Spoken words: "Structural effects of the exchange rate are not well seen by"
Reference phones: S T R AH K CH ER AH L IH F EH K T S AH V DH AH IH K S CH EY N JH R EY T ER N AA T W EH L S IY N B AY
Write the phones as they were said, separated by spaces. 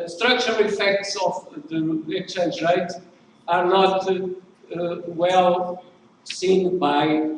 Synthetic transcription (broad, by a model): S T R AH K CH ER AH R IH F EH K T S AH V DH AH IH K S CH EY N JH R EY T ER N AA T W EH L S IY N B AY